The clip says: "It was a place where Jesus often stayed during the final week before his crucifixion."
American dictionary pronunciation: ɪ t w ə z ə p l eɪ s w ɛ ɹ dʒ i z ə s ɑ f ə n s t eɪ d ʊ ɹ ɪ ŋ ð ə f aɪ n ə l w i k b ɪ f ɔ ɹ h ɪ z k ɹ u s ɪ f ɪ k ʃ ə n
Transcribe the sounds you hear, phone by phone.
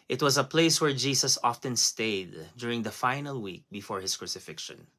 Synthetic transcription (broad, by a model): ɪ t w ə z ə p l eɪ s w ɛ ɹ dʒ i s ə s ɑ f ə n s t eɪ d ʊ ɹ ɪ ŋ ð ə f aɪ n ə l w i k b ɪ f ɔ ɹ h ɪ s k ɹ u s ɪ f ɪ k ʃ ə n